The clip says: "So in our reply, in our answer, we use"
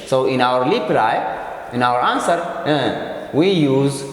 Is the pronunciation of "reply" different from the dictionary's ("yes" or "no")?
yes